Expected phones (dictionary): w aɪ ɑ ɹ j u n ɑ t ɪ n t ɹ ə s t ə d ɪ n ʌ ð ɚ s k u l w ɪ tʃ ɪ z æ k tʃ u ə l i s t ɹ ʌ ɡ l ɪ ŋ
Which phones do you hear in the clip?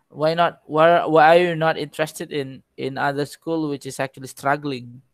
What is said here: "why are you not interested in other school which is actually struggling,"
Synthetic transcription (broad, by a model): w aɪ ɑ w j u n ɑ t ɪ n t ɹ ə s t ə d ɪ n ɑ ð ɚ s k u l w ɪ tʃ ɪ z æ k tʃ u ə l i s t ɹ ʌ ɡ l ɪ ŋ